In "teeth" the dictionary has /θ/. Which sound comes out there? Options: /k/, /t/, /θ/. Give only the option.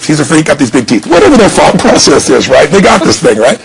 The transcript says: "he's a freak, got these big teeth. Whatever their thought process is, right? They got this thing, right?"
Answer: /θ/